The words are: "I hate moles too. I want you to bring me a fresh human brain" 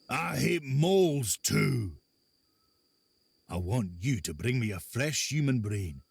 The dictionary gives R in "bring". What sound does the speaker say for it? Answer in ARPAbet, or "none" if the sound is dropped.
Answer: R